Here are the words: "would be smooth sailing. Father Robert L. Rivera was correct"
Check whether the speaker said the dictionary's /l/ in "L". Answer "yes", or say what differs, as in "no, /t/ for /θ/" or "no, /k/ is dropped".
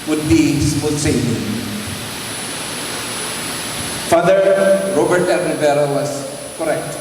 no, /n/ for /l/